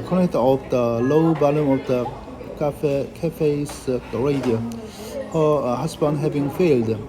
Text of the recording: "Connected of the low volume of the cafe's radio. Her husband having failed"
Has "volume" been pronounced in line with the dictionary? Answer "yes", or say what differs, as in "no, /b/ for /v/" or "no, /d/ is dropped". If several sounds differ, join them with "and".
no, /b/ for /v/